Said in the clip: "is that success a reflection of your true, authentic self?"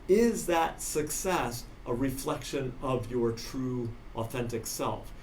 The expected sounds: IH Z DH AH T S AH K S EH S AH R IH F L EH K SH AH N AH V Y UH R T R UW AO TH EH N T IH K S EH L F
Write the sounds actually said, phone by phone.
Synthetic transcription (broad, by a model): IH Z DH AH T S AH K S EH S AH R IH F L EH K SH AH N AH V Y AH R T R UW AO TH EH N T IH K S EH L F